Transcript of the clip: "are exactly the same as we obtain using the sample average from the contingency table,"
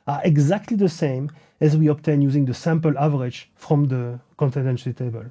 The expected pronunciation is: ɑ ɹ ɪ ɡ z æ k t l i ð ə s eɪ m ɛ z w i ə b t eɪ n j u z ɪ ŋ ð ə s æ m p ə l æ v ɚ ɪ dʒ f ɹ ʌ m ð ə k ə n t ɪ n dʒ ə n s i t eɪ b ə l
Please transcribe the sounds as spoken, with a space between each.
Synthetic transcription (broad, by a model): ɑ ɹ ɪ ɡ z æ k t l i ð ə s eɪ m ɛ z w i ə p t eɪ n j u z ɪ ŋ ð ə s æ m p ə l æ v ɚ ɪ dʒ f ɹ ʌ m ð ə k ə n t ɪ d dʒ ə n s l t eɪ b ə l